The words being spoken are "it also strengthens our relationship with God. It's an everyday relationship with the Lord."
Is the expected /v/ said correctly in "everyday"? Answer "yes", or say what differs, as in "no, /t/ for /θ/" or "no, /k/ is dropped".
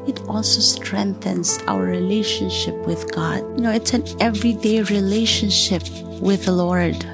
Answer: yes